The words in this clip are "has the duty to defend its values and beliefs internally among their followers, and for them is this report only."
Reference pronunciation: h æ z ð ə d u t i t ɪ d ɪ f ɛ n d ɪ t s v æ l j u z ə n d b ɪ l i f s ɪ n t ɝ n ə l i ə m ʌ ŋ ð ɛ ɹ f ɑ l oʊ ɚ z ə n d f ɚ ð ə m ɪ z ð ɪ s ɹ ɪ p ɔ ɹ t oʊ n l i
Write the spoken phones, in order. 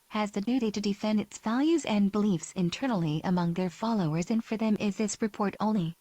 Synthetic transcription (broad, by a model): h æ z ð ə d u t i t ɪ d ɪ f ɛ n d ɪ t s v æ l j u z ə n b ɪ l i f s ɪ n t ɝ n l i ə m ʌ ŋ ð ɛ ɹ f ɑ l oʊ ɚ z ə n f ɚ ð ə m ɪ z ð ɪ s ɹ ɪ p ɔ ɹ t oʊ n l i